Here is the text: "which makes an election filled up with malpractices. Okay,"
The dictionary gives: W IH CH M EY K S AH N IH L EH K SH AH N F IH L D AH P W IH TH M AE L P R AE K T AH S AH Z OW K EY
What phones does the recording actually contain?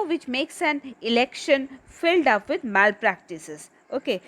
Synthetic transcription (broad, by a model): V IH CH M EY K S AH N IH L EH K SH AH N F IH L D AH P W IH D M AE L P R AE K T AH S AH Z OW K EY